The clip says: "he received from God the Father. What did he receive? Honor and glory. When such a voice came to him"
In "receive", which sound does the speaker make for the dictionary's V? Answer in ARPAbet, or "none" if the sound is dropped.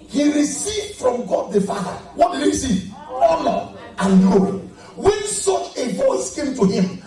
none